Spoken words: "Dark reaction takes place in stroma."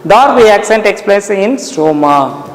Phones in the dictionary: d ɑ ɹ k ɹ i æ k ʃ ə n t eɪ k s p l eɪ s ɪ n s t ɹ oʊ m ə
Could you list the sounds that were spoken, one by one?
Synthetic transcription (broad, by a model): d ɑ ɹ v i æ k s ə n t eɪ k s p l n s ɪ n s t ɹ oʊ m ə